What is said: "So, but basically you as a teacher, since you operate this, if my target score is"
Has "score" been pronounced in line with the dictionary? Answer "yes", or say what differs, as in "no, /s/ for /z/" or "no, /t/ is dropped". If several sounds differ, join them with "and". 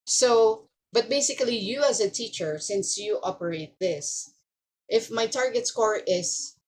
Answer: yes